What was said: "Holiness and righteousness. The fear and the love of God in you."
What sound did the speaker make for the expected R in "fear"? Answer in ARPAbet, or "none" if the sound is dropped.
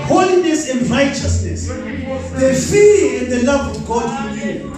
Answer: L